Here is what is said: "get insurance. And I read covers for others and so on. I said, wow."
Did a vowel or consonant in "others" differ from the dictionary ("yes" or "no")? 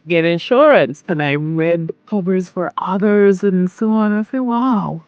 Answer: no